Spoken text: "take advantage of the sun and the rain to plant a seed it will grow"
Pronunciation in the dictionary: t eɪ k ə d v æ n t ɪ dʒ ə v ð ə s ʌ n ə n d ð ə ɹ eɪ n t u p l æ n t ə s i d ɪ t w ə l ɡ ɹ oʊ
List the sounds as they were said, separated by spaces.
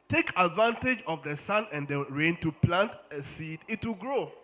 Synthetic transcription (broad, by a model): t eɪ k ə d v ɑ n t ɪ dʒ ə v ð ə s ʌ n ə n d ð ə ɹ eɪ n t u p l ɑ n t ə s i d ɪ t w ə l ɡ ɹ oʊ